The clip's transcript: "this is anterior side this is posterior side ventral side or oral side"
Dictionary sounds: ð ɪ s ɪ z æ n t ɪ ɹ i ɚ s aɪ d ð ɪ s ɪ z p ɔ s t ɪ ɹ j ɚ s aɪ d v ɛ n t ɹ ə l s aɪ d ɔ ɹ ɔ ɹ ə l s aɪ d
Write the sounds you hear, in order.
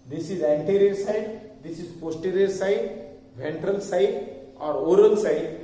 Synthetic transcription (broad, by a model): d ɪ s ɪ z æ n t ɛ ɹ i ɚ s aɪ d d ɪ s ɪ z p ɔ s t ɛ ɹ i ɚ s aɪ d v ɛ n t ɹ ə l s aɪ d ɔ ɹ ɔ ɹ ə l s aɪ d